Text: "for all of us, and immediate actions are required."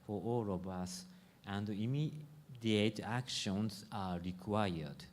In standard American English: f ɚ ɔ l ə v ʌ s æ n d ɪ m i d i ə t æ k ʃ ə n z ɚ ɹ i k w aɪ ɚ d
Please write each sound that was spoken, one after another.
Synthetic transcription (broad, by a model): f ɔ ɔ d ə b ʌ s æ n d ɪ m i d i ə t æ k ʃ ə n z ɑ ɹ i k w aɪ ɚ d